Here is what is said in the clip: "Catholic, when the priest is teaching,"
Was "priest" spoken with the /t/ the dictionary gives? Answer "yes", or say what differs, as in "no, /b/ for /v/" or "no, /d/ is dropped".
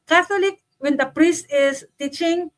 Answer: yes